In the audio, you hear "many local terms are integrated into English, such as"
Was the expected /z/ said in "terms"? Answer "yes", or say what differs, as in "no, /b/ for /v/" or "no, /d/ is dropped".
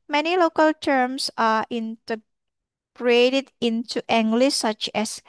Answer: no, /s/ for /z/